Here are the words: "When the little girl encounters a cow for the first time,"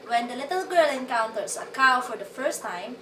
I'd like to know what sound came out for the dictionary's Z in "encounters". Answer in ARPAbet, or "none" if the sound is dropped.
S